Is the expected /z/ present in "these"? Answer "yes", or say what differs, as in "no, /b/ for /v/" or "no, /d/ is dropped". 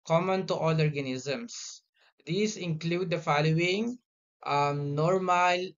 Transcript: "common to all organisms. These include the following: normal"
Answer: no, /s/ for /z/